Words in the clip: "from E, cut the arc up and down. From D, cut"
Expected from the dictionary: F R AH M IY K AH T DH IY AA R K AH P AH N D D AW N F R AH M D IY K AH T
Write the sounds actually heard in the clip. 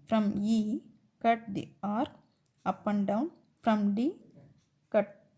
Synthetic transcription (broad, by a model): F R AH M IY K AH T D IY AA R AH P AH N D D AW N F R AH M D IY K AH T